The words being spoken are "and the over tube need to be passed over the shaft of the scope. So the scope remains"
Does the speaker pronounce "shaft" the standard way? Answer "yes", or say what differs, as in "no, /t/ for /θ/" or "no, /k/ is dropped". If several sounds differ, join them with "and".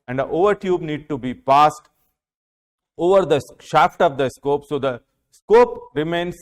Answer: yes